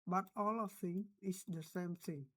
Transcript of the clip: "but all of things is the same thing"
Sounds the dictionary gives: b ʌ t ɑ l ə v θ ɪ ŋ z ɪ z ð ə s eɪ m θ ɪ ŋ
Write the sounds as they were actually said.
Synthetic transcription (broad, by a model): b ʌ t ɑ l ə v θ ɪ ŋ ɪ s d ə s eɪ m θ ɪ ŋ